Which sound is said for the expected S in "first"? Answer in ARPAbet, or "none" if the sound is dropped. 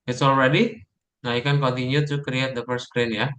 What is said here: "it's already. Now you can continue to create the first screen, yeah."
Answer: none